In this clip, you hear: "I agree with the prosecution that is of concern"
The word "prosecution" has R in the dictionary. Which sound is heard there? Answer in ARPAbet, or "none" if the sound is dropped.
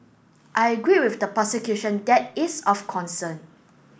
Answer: none